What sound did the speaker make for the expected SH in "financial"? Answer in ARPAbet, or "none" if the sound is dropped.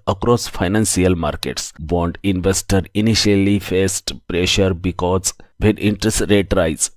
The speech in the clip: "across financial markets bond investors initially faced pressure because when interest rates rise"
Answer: S